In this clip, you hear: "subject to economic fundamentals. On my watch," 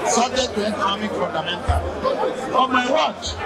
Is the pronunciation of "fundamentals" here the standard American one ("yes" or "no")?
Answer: no